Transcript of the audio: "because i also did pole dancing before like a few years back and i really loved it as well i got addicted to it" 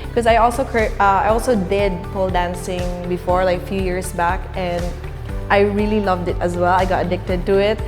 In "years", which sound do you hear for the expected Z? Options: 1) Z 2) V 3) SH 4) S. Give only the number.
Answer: 4